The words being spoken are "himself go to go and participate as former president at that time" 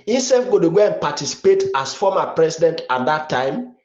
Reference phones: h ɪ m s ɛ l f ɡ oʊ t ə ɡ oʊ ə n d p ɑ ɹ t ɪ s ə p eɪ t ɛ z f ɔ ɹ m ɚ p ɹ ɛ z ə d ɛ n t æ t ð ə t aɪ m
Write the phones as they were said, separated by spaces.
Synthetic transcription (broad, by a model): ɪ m s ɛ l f ɡ oʊ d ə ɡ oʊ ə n p ɑ t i s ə p eɪ t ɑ s f ɔ m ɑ p ɹ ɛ s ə d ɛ n t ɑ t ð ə t aɪ m